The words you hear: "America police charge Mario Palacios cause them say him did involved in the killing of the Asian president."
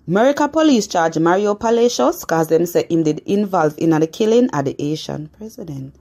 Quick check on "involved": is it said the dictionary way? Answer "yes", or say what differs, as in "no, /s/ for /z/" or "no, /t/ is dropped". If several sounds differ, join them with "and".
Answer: no, /d/ is dropped